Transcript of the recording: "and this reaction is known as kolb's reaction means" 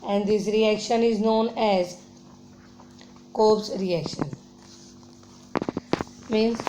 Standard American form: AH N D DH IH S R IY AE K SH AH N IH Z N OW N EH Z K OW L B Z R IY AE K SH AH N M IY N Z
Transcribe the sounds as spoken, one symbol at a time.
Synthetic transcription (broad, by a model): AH N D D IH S R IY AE K SH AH N IH Z N OW N EH Z K OW B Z R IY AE K SH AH N M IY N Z